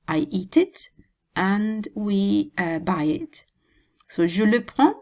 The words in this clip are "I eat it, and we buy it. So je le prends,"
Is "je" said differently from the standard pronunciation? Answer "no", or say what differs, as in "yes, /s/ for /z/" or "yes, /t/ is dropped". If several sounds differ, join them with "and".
yes, /ʒ/ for /dʒ/